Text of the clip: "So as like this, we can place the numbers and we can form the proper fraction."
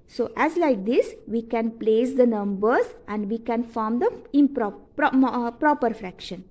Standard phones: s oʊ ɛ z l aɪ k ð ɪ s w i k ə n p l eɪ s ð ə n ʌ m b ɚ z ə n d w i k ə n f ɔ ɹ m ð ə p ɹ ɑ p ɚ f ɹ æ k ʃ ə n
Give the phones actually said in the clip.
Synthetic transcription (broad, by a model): s oʊ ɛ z l aɪ k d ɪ s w i k ə n p l eɪ s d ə n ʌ m b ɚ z ə n d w i k ə n f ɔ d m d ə p ɹ ɑ p ɚ f ɹ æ k ʃ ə n